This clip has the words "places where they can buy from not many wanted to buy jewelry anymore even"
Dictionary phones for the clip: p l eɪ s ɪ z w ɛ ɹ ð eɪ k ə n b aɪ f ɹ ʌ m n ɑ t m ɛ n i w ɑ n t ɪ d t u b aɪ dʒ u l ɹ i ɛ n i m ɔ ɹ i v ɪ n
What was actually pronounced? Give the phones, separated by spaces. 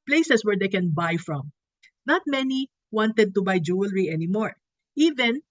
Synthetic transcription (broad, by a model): p l eɪ s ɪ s w ɛ ɹ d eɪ k ə n b aɪ f ɹ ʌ m n ɑ t m ɛ n i w ɑ n t ɪ d t u b aɪ dʒ u l ɹ i ɛ n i m ɔ ɹ i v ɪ n